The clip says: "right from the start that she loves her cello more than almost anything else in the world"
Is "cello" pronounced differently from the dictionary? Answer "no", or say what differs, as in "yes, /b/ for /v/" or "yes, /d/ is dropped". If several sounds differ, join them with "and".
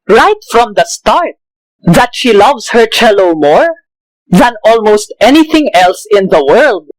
no